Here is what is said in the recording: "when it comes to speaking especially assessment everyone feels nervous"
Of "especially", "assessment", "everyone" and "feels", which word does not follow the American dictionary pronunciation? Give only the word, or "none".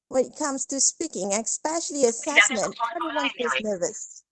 feels